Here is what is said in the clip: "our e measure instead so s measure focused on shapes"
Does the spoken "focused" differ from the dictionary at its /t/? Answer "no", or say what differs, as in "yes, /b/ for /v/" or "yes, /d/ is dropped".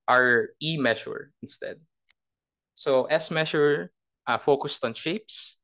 no